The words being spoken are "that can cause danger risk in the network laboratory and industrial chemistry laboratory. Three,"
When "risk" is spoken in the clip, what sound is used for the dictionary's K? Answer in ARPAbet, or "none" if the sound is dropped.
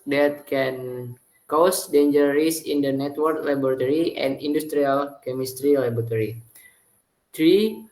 none